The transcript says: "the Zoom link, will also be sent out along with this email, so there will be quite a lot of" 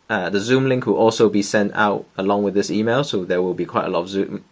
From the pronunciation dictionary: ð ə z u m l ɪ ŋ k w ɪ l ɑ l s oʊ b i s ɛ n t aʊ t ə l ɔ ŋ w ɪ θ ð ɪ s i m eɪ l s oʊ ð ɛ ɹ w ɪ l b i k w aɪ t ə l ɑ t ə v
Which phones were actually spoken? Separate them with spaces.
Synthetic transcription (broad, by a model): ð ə z u m l ɪ ŋ k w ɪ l ɑ l s oʊ b i s ɛ n t aʊ t ə l ɔ ŋ w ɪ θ ð ɪ s i m eɪ l s oʊ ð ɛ w ɪ l b i k w aɪ t ə l ɑ t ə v